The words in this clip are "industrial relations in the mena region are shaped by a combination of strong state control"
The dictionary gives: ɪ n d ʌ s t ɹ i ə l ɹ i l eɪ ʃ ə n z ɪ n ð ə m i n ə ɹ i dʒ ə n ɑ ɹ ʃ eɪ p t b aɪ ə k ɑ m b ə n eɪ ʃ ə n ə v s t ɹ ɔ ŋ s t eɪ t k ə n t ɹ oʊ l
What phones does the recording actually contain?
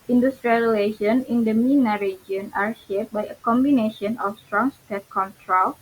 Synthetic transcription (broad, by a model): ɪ n d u s t ɹ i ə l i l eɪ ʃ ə n ɪ n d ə m i n ə ɹ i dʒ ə n ɑ ɹ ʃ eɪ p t b aɪ ə k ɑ m b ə n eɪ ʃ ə n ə f s t ɹ ɔ ŋ s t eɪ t k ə n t ɹ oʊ l